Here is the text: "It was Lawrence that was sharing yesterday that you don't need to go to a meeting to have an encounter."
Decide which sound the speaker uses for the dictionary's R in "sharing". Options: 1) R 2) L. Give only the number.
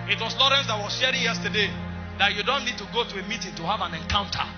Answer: 1